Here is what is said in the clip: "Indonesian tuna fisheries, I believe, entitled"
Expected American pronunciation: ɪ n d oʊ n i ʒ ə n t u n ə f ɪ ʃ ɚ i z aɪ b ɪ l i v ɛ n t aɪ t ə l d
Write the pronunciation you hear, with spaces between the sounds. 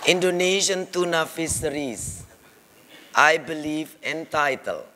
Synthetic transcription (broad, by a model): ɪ n d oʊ n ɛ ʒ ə n t u n ə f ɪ s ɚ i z aɪ b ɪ l i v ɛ n t aɪ t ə l